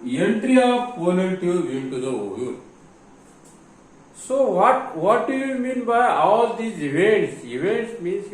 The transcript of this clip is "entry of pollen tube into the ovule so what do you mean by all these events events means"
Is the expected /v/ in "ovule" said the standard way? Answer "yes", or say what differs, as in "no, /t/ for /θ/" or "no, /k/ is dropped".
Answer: no, /v/ is dropped